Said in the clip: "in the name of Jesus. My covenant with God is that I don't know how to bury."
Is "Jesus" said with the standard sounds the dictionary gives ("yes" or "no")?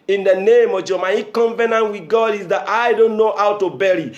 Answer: no